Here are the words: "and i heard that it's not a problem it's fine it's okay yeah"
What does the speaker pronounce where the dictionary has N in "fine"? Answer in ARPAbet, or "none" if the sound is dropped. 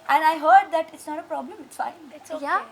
none